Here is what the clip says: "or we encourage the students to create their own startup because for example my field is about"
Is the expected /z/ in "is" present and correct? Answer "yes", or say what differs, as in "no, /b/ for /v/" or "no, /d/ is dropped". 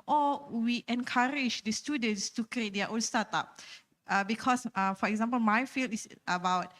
no, /s/ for /z/